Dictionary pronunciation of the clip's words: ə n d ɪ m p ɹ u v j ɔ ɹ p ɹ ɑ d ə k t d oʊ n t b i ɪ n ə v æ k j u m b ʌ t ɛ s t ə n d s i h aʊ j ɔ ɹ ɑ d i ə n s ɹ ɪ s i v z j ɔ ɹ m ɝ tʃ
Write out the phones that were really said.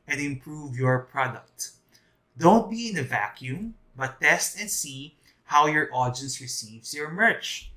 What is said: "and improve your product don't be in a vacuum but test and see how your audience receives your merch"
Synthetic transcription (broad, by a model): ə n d ɪ m p ɹ u v j ɔ ɹ p ɹ ɑ d ə k t d oʊ n t b i ɪ n ə v æ k j u m b ʌ t ɛ s t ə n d s i h aʊ j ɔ ɹ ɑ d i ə n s ɹ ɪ s i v s j ɔ ɹ m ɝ tʃ